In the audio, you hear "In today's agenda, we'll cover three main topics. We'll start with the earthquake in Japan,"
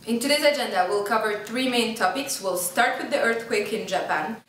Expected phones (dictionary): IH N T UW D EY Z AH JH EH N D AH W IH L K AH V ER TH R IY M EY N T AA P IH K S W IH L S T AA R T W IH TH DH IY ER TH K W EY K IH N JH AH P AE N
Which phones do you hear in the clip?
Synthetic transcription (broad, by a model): IH N T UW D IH S AH JH EH N D AH W IH L K AH V ER TH R IY M EY N T AA P IH K S W IH L S T AA R T W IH DH IY ER TH K W EY K IH N JH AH P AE N